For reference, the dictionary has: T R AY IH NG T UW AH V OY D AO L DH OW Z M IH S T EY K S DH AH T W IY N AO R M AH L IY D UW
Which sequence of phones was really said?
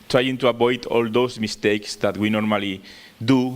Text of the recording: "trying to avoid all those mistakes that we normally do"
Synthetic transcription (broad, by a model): T R AY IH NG T UW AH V OY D AO L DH OW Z M IH S T EY K S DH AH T W IY N AO R M AH L IY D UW